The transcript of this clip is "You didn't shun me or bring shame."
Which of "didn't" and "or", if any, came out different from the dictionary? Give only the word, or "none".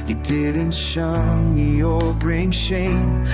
or